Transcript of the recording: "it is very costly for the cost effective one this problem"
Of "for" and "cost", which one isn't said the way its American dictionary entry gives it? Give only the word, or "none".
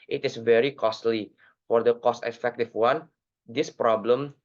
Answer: none